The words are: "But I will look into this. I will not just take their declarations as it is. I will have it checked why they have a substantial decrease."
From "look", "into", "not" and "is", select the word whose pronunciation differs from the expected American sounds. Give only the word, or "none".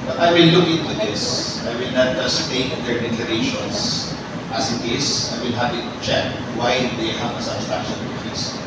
is